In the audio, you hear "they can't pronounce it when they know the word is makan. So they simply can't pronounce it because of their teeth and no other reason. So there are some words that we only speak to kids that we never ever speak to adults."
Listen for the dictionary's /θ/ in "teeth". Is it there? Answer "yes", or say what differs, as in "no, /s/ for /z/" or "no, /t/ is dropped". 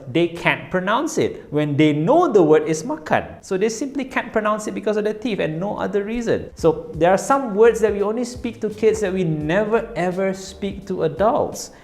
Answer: no, /f/ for /θ/